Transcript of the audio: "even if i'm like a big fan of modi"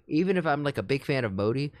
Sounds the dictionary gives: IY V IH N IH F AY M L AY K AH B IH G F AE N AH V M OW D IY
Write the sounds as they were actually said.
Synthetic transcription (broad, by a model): IY V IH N IH F AY M L AY K AH B IH G F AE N AH V M OW D IY